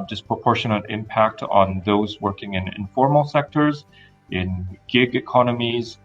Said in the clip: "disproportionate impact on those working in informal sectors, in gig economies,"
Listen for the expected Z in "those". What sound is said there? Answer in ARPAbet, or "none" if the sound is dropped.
Z